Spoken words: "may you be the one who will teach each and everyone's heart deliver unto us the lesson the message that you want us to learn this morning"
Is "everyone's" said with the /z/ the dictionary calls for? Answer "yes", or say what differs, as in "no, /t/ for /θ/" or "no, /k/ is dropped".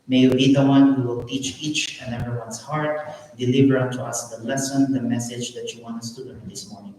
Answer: no, /s/ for /z/